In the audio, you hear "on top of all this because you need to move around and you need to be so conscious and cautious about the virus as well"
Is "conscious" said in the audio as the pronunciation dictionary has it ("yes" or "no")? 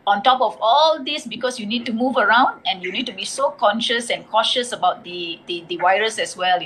yes